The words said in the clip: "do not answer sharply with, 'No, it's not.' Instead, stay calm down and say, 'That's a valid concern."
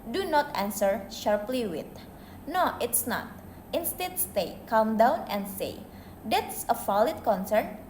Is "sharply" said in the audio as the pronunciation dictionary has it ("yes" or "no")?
yes